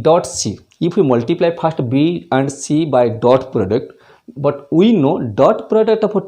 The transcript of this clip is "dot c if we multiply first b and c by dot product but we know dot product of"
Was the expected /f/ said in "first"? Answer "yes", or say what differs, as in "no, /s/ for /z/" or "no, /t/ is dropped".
no, /p/ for /f/